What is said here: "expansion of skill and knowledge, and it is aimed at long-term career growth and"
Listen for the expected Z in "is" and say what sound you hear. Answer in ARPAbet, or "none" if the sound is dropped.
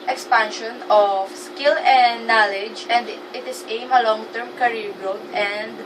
S